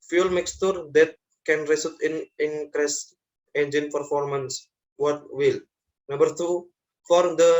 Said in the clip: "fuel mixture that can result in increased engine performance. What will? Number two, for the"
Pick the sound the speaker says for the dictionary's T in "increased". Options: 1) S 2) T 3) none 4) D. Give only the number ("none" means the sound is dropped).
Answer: 3